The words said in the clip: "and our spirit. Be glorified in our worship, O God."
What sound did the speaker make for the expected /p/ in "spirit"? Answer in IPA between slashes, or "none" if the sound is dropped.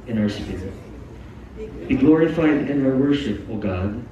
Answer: none